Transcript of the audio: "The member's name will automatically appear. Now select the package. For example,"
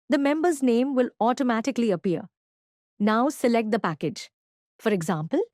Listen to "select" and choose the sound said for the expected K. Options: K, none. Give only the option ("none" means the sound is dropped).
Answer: K